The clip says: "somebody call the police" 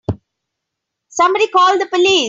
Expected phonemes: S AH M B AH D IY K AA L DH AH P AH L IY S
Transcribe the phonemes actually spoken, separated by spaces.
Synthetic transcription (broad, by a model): S AH M B AH D IY K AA L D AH P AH L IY